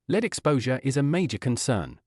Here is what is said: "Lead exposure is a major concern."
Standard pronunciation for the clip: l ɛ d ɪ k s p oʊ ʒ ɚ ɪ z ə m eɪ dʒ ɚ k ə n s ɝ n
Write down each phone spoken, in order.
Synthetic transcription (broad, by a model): l ɛ d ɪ k s p oʊ ʒ ɚ ɪ z ə m eɪ dʒ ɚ k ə n s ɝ n